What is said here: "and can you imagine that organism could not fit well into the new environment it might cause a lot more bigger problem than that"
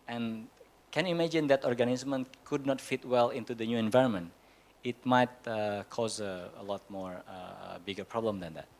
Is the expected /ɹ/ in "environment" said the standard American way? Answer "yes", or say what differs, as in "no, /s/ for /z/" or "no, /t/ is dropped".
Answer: yes